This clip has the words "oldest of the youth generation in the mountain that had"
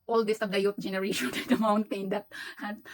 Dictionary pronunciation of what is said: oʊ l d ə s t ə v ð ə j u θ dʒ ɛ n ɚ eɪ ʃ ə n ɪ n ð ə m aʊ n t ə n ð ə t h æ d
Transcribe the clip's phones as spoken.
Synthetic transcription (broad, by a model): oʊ l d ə s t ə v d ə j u t dʒ ɛ n ɚ eɪ ʃ ə n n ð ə m aʊ n t ə n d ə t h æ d